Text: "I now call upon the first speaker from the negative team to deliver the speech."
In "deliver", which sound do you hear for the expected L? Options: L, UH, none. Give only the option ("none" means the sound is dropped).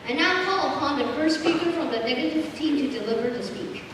L